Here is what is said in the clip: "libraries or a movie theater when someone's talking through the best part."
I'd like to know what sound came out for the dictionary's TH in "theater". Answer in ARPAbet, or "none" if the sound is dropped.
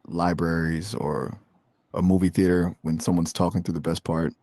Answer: TH